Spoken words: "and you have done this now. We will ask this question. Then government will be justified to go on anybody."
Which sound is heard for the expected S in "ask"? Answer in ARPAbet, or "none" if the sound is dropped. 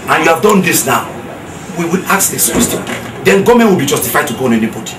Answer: none